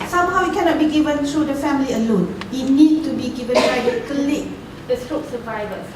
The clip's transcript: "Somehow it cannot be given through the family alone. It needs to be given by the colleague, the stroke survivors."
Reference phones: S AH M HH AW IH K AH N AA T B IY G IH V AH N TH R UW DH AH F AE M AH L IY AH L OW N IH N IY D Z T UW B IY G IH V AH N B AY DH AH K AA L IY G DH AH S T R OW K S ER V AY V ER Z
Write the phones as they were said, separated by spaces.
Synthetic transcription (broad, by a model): S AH M HH AW IH K AH N AA T B IY G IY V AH N T R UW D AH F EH M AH L IY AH L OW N IH N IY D T UW B IY G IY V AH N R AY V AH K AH L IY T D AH S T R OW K S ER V AY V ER